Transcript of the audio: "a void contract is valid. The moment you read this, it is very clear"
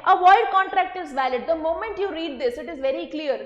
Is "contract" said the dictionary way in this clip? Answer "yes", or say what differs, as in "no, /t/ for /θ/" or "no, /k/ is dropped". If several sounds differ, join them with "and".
yes